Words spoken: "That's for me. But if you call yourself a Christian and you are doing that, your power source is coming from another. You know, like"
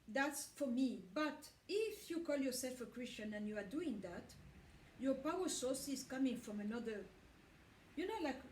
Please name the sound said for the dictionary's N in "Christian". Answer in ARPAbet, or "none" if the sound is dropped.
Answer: N